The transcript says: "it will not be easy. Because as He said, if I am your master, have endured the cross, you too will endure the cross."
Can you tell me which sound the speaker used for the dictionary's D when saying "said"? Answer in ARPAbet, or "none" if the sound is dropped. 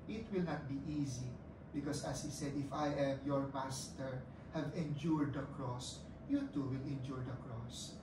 D